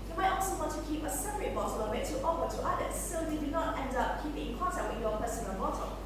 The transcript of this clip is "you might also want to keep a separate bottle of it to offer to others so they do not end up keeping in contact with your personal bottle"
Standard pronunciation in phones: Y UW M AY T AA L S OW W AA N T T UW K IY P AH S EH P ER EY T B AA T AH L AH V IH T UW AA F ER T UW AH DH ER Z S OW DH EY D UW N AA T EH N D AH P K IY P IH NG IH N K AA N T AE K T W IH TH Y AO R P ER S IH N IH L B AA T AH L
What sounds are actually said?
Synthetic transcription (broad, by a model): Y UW M AY T AA L S OW W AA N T T UW K IY P AH S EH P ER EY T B AA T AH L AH W IH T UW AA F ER T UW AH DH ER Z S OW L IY D UW N AA T EH N D AH P K IY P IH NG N K AA N T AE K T W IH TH Y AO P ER S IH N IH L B AA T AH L